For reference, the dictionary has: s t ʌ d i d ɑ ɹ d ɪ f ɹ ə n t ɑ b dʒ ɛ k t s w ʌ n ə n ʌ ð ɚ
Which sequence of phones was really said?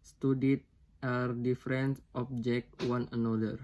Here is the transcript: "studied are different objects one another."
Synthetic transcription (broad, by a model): s t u d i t ɑ ɹ d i f ɹ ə n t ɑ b dʒ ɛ k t w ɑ n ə n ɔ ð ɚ